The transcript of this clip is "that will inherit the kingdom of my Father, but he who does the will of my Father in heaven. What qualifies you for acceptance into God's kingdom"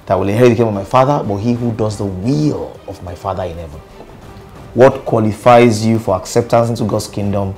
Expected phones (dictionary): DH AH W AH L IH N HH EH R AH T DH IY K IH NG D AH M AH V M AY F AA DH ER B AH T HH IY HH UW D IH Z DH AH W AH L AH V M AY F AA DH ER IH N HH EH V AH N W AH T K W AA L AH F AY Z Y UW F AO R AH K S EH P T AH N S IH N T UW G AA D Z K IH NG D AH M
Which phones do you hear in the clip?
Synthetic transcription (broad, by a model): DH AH W AH L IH HH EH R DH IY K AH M AH V M AY F AA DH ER B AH T HH IY HH UW D IH Z DH AH W AH L AH V M AY F AA DH ER IH N HH EH V AH N W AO T K W AA L AH F AY Z Y UW F AO R AH K S EH P T AH N S IH N T UW G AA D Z K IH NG D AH M